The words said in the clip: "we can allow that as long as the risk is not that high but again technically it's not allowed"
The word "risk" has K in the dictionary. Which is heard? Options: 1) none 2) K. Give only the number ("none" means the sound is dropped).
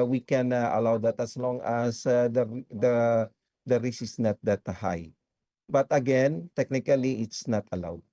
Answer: 1